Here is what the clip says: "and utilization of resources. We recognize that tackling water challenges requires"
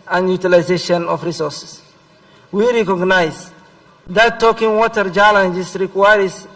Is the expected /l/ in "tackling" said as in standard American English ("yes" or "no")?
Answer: no